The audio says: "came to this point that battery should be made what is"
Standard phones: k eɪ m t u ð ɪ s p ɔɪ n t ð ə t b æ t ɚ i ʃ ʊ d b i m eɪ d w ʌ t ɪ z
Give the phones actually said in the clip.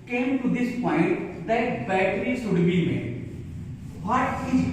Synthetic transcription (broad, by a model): k eɪ m t u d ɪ s p ɔɪ n t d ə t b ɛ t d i s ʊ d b i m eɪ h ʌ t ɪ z